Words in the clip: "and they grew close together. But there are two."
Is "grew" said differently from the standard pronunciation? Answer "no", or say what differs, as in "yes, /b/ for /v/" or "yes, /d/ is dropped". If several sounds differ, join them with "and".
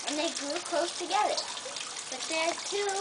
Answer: no